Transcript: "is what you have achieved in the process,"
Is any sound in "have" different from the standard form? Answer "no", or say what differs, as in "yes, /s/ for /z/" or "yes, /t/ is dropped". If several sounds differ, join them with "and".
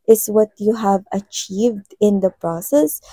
no